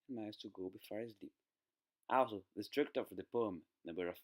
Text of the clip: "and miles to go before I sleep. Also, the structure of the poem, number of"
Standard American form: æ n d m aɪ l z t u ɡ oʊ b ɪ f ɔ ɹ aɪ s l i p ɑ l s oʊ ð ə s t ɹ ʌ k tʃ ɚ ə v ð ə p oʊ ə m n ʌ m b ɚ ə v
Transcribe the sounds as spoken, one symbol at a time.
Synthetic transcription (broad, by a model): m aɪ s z t u ɡ oʊ b ɪ f ɔ ɹ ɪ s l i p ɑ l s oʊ ð ə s t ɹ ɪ k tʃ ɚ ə f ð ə p oʊ ə m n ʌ b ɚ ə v